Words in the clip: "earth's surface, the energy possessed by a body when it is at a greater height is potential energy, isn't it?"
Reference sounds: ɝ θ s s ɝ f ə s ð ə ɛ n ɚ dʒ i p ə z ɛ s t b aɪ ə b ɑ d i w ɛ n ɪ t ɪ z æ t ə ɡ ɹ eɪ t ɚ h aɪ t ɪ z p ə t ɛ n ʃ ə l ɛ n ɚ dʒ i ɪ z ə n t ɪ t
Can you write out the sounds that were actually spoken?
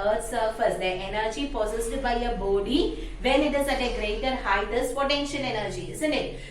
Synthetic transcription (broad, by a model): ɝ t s s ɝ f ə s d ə ɛ n ɚ dʒ i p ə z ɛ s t b aɪ ə b ɑ d i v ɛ n ɪ t ɪ z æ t ə ɡ ɹ eɪ t ɚ h aɪ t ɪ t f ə t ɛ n ʃ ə n ɛ n ɚ dʒ i ɪ z ə n t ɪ t